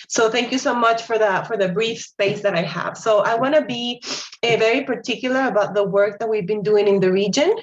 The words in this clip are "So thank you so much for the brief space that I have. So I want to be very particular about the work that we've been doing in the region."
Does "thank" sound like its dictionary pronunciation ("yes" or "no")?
yes